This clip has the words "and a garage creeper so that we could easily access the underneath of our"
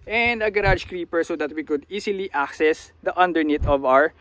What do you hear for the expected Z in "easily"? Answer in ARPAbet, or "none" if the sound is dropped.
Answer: S